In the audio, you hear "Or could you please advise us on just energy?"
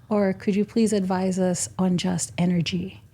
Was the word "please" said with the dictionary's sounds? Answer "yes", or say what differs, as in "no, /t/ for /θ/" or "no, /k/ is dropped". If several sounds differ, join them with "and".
yes